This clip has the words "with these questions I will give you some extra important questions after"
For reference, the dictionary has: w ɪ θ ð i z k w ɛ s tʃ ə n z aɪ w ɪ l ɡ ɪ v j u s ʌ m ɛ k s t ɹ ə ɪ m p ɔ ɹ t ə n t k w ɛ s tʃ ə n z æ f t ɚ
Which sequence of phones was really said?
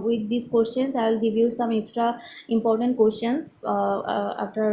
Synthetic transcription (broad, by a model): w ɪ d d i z k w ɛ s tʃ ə n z aɪ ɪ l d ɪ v j u s ʌ m ɛ k s t ɹ ə ɪ m p ɔ ɹ t ə n t k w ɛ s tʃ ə n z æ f t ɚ